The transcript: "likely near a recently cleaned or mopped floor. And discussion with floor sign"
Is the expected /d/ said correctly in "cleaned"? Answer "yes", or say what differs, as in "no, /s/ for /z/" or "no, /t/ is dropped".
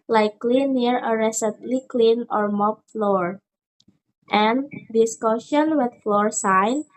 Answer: no, /d/ is dropped